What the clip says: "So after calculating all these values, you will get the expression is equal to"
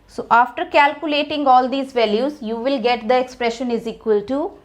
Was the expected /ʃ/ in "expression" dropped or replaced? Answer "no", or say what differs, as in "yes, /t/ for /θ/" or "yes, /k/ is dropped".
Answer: no